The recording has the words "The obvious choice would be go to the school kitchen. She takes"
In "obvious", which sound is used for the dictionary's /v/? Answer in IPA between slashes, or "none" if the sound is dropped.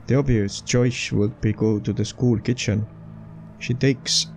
none